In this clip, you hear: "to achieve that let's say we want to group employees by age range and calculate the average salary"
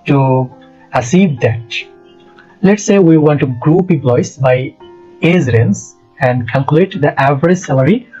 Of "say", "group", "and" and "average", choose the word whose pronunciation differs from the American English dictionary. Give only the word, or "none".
none